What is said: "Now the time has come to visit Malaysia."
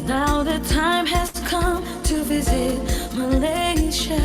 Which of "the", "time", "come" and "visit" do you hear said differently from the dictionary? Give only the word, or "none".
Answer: none